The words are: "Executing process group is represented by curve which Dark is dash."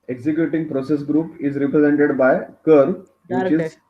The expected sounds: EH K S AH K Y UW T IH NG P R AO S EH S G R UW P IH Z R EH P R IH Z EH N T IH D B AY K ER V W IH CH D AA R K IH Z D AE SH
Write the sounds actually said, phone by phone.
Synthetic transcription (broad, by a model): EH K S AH K Y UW T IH NG P R AO S EH S G R UW P IH Z R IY P R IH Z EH N T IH D B AY K ER V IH CH IH Z